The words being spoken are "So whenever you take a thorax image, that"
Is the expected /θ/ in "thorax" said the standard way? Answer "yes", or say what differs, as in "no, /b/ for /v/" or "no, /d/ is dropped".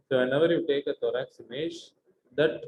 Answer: no, /t/ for /θ/